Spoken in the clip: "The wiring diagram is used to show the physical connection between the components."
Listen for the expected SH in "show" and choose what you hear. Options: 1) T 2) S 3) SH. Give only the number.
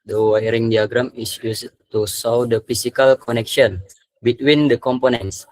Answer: 2